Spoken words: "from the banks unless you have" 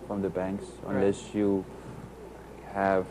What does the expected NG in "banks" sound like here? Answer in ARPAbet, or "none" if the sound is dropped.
NG